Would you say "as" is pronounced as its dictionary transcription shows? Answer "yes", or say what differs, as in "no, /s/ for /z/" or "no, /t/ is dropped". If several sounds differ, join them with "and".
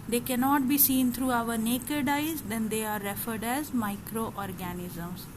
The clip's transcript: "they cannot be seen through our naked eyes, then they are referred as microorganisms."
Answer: yes